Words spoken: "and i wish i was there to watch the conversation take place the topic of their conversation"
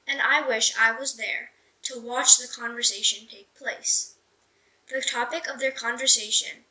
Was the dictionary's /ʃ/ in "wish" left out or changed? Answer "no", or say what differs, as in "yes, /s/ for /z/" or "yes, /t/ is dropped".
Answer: no